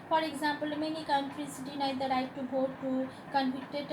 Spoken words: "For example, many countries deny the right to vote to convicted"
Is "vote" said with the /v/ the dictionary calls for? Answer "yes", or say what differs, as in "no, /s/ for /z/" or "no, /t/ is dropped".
no, /b/ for /v/